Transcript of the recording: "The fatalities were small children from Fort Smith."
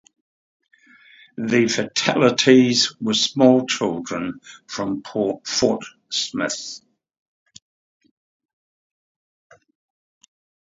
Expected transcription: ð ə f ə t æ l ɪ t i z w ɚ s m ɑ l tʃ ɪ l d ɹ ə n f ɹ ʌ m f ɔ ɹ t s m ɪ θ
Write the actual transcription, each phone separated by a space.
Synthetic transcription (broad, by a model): ð ə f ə t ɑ l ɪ t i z w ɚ s m ɑ l tʃ ɪ l d ɹ ə n f ɹ ʌ m p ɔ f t s m ɪ θ